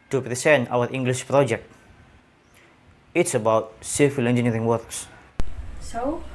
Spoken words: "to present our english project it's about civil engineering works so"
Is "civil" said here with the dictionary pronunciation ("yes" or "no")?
no